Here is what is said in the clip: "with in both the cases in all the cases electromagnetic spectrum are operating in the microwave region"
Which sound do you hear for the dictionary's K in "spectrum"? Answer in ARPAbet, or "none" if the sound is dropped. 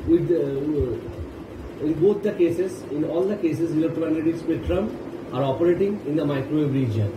none